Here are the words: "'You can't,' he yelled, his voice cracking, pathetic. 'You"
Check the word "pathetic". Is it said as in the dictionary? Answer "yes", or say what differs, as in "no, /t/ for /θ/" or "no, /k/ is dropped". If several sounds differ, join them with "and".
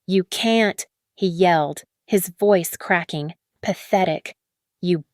yes